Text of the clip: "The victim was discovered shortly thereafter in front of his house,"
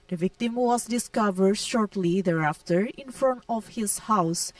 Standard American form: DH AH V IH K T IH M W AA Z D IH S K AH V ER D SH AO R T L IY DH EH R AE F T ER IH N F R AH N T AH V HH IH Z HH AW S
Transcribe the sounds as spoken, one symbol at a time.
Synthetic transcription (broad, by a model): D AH V IH K T IH M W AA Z D IH S K AH V ER D SH AO R T L IY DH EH R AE F T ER IH N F R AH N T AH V HH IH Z HH AW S